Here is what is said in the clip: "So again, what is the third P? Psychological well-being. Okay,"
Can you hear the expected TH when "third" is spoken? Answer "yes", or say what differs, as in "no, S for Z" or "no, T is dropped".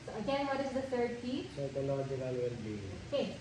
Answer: no, T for TH